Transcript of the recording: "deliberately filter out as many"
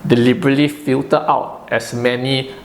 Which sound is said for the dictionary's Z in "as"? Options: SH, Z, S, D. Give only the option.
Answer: S